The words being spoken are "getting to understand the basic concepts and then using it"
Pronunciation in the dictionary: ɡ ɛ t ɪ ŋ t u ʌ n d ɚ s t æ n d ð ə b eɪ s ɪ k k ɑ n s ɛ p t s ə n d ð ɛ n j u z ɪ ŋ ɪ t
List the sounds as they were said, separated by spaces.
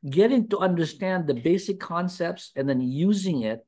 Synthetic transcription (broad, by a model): ɡ ɛ t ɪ ŋ t u ʌ n d ɚ s t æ n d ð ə b eɪ s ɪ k k ɑ n s ɛ p t s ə n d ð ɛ n j u z ɪ ŋ ɪ t